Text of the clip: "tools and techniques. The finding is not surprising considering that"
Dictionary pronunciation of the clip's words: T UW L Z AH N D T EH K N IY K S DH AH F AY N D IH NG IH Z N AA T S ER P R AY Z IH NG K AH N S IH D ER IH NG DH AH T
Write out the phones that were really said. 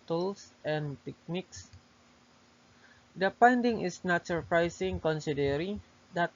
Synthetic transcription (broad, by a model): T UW L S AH N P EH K N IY K S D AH P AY N D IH NG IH S N AA T S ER P R AY S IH NG K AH N S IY D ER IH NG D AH T